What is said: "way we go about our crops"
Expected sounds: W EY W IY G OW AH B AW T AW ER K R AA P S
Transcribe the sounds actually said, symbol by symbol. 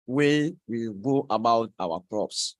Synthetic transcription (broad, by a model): W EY W IY G OW AH B AW T AW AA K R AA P S